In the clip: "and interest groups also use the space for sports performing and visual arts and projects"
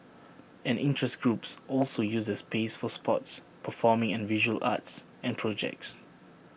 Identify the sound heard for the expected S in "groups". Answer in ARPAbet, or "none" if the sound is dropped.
S